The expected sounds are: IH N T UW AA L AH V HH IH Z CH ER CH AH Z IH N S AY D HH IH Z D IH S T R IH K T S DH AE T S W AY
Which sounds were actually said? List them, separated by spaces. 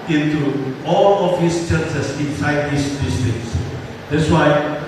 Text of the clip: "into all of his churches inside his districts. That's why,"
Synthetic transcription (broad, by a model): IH N T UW AA L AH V HH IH S CH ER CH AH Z IH N S AY D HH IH S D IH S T IH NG S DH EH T S W AY